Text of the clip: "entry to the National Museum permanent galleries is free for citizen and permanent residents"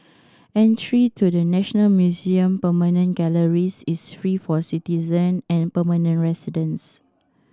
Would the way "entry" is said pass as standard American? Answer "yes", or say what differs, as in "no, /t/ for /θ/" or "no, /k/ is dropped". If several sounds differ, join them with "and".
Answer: yes